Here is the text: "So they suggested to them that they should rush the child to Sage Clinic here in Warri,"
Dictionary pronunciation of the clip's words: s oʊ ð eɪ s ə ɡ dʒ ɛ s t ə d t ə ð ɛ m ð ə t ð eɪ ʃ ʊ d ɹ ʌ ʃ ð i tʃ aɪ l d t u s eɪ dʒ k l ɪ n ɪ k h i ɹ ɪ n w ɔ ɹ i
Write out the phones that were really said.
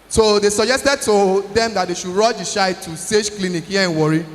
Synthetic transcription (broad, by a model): s oʊ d eɪ s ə dʒ ɛ s t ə d t ə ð ɛ m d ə t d eɪ ʃ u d ɹ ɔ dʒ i ʃ aɪ t u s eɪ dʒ k l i n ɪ k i ɪ n w ɔ ɹ i